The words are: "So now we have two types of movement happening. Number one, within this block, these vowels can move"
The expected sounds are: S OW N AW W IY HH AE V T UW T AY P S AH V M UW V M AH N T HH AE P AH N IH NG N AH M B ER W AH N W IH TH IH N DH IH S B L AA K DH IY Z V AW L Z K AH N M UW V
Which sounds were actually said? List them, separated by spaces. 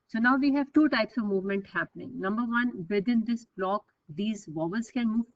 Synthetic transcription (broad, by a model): S OW N AW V IY HH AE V T UW T AY P S AH V M UW V M AH N T HH AE P AH N IH NG N AH M B ER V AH N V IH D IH N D IH S B L AA K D IY Z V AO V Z K AH N M UW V